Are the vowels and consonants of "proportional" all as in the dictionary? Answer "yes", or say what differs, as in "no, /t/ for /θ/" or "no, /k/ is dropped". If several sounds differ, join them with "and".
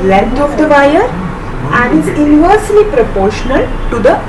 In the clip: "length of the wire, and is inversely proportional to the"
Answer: yes